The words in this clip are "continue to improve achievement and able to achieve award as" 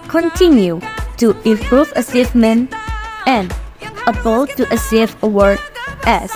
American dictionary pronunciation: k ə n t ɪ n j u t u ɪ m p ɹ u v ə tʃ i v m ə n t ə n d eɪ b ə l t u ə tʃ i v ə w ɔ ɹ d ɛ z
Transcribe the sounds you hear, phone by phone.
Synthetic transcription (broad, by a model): k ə n t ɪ n j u t u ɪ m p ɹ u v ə s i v m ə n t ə n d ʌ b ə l t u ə s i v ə w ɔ ɹ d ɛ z